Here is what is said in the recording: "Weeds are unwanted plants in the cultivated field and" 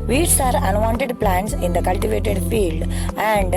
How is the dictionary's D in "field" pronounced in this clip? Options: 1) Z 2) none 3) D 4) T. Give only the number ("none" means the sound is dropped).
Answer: 3